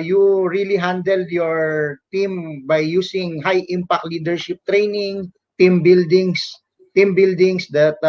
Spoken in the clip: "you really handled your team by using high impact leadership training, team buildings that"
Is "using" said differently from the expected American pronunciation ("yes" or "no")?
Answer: yes